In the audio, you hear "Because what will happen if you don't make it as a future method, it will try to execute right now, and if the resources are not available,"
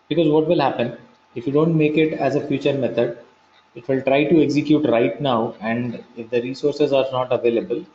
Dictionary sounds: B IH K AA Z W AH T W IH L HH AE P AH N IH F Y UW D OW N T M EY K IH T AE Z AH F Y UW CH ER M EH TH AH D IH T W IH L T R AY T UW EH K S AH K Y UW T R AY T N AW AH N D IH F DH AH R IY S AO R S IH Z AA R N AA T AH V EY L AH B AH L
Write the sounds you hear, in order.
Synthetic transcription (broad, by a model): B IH K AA Z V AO T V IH L HH AE P AH N IH F Y UW D OW N T M EY K IH T AE Z AH F Y UW CH ER M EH T AH D IH T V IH L T R AY T UW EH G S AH K Y UW T R AY T N AW AH N D IH F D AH R IY S AO R S IH Z AA R N AA T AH V EY L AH B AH L